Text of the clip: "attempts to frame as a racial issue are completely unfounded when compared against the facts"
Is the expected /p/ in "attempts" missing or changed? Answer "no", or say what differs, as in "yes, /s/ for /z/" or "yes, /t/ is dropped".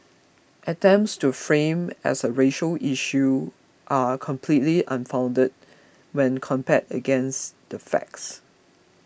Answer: no